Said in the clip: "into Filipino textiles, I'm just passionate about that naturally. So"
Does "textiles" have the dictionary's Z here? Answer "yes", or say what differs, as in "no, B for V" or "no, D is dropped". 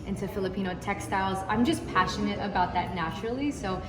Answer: yes